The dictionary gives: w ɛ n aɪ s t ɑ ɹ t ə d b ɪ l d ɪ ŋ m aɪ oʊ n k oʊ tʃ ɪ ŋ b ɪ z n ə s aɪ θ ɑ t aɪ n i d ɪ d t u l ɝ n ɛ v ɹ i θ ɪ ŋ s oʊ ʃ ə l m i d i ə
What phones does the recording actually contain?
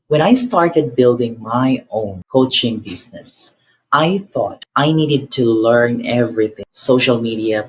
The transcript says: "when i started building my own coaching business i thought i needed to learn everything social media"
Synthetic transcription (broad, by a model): w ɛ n aɪ s t ɑ ɹ t ə d b ɪ l d ɪ ŋ m aɪ oʊ n k oʊ tʃ ɪ ŋ b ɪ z n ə s aɪ θ ɑ t aɪ n i d ɪ d t u l ɝ n ɛ v ɹ i θ ɪ ŋ s oʊ ʃ ə l m i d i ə